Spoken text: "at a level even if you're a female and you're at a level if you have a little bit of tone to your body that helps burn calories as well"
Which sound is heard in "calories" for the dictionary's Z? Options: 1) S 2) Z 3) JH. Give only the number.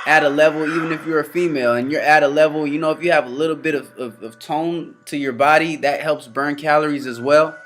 2